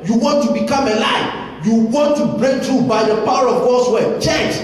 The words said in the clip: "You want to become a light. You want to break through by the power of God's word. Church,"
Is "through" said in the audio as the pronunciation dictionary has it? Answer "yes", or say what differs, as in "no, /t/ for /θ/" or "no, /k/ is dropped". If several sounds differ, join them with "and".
no, /t/ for /θ/